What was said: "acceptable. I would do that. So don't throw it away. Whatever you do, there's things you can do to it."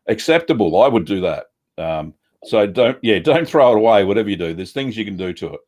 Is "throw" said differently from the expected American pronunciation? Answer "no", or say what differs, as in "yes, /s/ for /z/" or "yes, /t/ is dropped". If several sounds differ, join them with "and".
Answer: no